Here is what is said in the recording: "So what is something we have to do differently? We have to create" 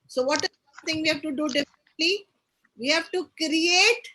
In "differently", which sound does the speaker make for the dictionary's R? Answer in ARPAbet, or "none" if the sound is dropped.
none